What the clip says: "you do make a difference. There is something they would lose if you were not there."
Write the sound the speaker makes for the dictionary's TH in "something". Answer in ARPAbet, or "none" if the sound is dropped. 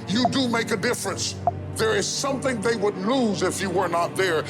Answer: TH